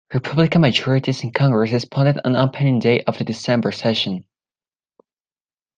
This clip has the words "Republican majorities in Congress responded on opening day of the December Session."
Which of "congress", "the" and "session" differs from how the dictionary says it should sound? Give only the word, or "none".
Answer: none